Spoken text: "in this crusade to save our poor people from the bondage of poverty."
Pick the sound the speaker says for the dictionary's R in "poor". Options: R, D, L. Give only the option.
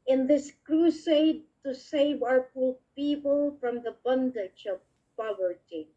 L